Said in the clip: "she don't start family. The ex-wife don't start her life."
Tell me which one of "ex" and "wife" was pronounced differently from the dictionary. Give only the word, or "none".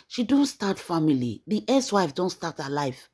ex